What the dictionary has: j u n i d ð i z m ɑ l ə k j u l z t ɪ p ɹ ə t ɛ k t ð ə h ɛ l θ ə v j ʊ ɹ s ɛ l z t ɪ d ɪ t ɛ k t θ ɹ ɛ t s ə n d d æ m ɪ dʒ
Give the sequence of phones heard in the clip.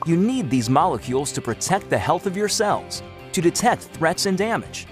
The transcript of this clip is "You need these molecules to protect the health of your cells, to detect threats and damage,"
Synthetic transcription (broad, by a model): j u n i d ð i z m ɑ l ə k j u l z t ɪ p ɹ ə t ɛ k t ð ə h ɛ l θ ə v j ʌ ɹ s ɛ l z t ɪ d ɪ t ɛ k t θ ɹ ɛ t s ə n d d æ m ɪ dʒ